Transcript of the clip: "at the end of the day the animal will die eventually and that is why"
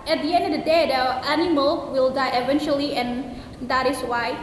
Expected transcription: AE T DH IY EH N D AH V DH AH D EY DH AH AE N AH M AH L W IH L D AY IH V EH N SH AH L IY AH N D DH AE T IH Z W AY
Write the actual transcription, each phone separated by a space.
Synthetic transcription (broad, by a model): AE T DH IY EH N D AH V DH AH D EY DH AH AE N AH M AH L W IH L D AY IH V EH N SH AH L IY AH N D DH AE T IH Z W AY